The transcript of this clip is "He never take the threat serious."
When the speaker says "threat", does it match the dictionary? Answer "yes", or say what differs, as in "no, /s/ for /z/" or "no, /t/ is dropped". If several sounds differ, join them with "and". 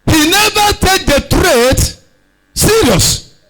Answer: no, /t/ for /θ/